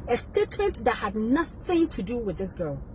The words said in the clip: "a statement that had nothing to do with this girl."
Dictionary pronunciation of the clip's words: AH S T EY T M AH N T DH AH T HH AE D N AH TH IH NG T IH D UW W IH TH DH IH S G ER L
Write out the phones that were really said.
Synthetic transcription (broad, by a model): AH S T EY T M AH N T DH AH T HH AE D N AH TH IH NG T IH D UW W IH DH IH S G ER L